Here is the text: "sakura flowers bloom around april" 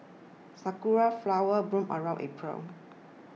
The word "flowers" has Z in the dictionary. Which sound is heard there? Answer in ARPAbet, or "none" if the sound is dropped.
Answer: none